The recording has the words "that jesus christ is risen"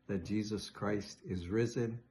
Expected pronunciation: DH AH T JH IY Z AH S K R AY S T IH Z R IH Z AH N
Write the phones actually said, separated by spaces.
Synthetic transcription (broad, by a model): DH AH T JH IY Z AH S K R AY S T IH Z R IH Z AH N